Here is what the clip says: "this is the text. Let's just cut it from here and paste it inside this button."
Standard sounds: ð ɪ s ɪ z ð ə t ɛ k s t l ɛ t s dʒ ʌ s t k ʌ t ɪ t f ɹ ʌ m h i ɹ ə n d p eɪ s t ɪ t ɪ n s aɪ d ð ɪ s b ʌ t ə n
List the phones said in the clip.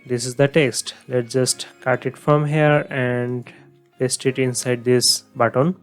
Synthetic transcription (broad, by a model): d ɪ s ɪ z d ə t ɛ k s t l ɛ t dʒ ʌ s t k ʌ t ɪ t f ɹ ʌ m h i ɹ ə n d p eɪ s t ɪ t ɪ n s aɪ d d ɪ s b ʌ t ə n